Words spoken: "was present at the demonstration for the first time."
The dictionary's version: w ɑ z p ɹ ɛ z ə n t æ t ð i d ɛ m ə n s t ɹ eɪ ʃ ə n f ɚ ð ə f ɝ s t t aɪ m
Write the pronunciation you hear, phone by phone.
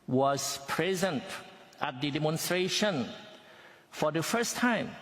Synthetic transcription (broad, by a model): w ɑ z p ɹ ɛ z ə n t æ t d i d ɛ m ə n s t ɹ eɪ ʃ ə n f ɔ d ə f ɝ s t t aɪ m